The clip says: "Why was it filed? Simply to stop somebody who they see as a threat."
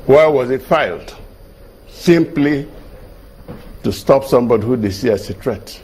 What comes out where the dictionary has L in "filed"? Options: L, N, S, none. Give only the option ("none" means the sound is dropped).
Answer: L